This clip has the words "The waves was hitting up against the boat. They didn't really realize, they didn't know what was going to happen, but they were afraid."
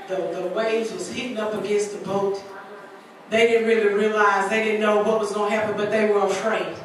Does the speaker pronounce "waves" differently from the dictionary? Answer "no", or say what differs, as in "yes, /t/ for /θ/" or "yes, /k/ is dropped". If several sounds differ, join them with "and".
yes, /v/ is dropped